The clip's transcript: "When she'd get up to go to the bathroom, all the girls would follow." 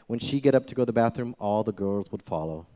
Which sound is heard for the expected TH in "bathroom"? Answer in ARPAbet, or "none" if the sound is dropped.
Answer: TH